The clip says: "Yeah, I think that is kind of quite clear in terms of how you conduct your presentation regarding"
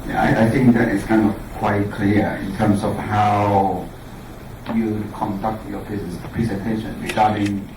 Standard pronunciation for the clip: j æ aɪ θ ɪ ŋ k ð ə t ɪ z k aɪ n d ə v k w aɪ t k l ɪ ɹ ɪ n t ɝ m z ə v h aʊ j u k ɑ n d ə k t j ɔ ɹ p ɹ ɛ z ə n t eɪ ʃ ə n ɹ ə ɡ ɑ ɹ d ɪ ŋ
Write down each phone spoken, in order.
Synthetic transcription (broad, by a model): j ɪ aɪ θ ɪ ŋ k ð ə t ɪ s k aɪ n d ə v k w aɪ t k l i ɪ n t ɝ m s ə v h aʊ j u k ɑ n d ə k t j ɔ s p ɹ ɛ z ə n t eɪ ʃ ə n ɹ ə ɡ ɑ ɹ d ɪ ŋ